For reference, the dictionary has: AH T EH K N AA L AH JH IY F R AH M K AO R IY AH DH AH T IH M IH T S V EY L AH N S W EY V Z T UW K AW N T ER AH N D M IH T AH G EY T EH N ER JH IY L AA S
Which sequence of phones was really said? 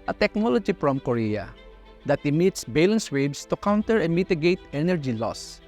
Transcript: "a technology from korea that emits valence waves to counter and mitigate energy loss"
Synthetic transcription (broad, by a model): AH T EH K N AA L AH JH IY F R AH M K AO R IY AH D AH T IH M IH T S B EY L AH N S W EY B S T UW K AW N T ER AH M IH T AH G EY T EH N ER JH IY L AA S